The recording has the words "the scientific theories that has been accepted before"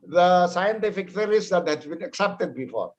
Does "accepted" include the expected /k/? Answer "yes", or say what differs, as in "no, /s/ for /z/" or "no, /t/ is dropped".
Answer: yes